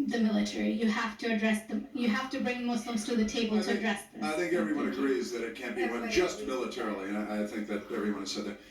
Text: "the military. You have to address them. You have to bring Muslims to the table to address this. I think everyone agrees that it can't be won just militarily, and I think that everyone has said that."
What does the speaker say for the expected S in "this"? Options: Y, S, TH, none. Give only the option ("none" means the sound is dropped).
none